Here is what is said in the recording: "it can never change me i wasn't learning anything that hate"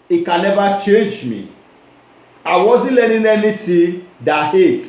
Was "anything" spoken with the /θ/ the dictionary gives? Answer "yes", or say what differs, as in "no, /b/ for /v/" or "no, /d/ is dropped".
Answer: no, /t/ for /θ/